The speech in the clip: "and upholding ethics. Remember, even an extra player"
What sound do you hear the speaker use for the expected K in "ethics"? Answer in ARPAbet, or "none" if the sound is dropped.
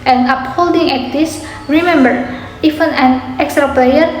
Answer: none